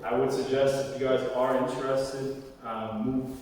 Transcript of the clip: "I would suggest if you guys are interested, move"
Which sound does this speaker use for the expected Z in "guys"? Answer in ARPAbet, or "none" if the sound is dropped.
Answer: Z